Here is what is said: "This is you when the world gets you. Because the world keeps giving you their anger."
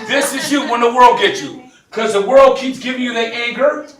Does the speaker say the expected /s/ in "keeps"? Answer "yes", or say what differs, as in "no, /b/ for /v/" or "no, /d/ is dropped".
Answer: yes